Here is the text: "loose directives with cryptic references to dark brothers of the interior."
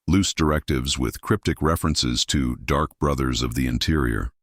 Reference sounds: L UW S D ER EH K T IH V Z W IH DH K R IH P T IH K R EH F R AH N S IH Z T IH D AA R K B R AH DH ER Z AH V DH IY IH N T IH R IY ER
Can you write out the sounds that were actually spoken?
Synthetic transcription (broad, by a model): L UW S D ER EH K T IH V Z W IH DH K R IH P T IH K R EH F R AH N S IH Z T IH D AA R K B R AH DH ER Z AH V DH IY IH N T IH R IY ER